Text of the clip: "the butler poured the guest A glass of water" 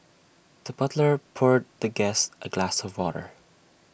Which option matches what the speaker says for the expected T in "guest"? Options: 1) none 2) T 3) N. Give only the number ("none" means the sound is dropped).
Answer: 2